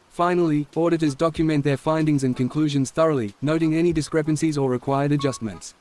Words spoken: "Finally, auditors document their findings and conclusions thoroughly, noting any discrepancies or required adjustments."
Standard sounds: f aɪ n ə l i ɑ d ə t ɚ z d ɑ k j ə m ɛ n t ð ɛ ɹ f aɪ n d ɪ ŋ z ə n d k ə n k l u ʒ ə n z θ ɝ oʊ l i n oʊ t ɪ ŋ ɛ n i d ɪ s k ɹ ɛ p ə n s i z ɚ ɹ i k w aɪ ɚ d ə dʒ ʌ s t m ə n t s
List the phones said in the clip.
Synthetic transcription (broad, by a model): f aɪ n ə l i ɑ d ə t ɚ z d ɑ k j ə m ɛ n ð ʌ ɹ f aɪ n d ɪ ŋ z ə n k ə n k l u ʒ ə n z θ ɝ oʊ l i n oʊ t ɪ ŋ ɛ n i d ɪ s k ɹ ɛ p ə n s i z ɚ ɹ i k w aɪ ɚ d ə dʒ ʌ s t m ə n t s